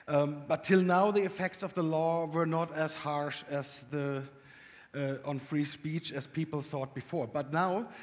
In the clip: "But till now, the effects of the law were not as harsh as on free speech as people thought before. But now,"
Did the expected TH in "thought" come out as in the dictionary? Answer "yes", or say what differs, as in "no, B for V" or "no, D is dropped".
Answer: yes